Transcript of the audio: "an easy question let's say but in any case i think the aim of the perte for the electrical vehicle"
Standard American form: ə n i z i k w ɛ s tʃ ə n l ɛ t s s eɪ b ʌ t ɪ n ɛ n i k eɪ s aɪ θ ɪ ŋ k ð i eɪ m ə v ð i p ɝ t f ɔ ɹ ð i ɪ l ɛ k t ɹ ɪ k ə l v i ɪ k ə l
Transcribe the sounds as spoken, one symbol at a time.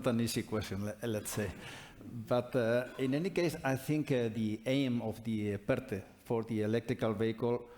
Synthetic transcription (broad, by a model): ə n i s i k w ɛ s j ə n l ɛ t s s eɪ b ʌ t ɪ n ɛ n i k eɪ s aɪ θ ɪ ŋ k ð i eɪ m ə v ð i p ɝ t f ɔ ɹ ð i ɪ l ɛ k t ɹ ɪ k ə l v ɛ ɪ k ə l